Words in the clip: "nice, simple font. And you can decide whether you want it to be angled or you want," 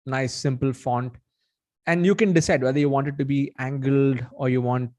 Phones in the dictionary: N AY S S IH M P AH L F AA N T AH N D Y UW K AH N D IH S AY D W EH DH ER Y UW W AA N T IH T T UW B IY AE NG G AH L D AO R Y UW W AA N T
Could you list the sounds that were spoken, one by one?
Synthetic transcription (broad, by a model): N AY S S IH M P AH L F AA N T AH N D Y UW K AH N D IH S AY D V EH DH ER Y UW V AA N T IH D T UW B IY AE NG G AH L D AO R Y UW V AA N T